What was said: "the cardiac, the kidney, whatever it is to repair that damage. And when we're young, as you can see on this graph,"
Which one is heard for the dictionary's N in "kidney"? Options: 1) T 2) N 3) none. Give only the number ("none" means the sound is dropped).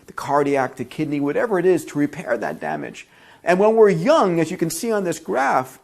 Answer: 2